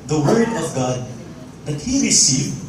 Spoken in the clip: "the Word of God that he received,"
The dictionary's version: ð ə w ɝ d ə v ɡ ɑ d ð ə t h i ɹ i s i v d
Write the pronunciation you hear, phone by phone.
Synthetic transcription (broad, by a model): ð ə w ɝ d ə v ɡ ɑ d ð ə t h i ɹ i s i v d